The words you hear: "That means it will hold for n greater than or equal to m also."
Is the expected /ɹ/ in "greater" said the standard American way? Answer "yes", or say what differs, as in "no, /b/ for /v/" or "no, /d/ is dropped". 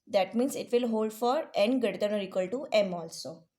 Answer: no, /ɹ/ is dropped